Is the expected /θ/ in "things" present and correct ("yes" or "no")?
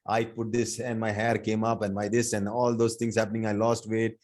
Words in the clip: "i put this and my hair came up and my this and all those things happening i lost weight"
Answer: no